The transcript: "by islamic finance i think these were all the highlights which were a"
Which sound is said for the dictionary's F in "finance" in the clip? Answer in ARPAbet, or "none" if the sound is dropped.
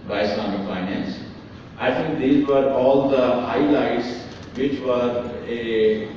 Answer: F